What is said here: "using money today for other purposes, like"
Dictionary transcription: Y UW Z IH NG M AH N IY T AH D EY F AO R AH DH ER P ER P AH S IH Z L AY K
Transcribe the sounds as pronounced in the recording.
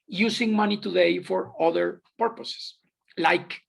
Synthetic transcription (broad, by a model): Y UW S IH NG M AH N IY T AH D EY F AO R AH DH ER P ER P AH S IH S L AY K